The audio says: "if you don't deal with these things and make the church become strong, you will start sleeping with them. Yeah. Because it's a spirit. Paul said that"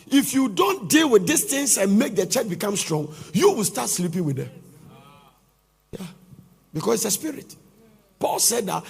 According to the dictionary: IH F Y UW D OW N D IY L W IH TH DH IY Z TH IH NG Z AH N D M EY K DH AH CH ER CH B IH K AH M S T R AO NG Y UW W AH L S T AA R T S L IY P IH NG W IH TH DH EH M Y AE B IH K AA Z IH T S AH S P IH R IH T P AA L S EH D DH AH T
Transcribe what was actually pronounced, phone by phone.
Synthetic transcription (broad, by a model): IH F Y UW D OW N D IY L W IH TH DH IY S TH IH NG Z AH N M EY K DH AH CH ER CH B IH K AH M S T R AO NG Y UW W AH L S T AA T S L IY P IH NG W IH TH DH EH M Y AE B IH K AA S IH T S AH S P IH R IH T P AA L S EH D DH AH T